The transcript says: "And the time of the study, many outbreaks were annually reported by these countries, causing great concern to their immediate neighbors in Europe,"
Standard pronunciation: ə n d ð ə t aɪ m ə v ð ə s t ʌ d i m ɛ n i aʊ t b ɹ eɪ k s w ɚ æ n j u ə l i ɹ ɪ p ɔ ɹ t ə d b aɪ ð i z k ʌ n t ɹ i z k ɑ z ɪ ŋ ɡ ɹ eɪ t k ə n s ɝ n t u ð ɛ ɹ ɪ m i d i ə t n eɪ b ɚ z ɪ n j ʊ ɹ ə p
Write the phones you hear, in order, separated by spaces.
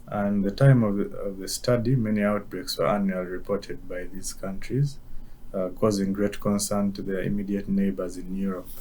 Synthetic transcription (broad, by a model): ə n ð ə t aɪ m ə v ð ə s t ʌ d i m ɛ n i aʊ t b ɹ eɪ k s w ɚ æ n j u ə l i ɹ ɪ p ɔ ɹ t ə d b aɪ ð i z k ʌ n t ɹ i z k ɑ z ɪ ŋ ɡ ɹ eɪ t k ə n s ɝ n t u ð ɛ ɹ ɪ m i d i ə t n eɪ b ɚ z ɪ n j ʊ ɹ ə p